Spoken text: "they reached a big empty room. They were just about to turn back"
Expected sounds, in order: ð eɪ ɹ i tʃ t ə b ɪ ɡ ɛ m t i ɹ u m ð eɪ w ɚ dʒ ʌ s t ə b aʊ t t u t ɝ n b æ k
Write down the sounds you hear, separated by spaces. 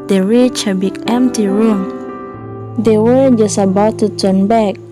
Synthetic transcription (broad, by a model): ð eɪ ɹ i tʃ ə b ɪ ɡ ɛ m t i ɹ u m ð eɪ w ɚ dʒ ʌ s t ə b aʊ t t u t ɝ n b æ k